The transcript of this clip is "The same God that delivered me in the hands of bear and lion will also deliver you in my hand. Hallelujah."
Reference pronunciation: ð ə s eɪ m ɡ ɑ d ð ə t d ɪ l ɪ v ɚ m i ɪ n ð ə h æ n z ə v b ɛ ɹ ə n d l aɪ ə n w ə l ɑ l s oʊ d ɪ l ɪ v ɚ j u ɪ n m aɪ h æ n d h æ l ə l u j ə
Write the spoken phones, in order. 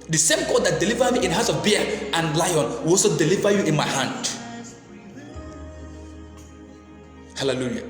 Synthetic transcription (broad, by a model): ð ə s eɪ m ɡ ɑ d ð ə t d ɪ l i v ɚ m i ɪ n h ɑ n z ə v b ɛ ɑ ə n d l aɪ ə n w ə l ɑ s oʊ d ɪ l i v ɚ j u ɪ n m aɪ h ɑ n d h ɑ l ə l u j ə